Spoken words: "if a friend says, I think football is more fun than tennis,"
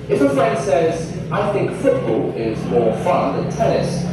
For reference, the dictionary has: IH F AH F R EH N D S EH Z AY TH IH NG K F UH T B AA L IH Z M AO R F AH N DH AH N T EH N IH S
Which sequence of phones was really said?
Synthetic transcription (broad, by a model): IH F AH F R EH N D S EH Z AY TH IH NG K F UH T B AA L IH Z M AO R F AH N DH AH N T EH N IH S